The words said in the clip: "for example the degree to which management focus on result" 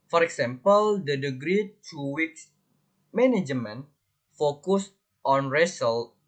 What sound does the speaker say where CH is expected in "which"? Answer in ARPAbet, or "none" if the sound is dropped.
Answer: S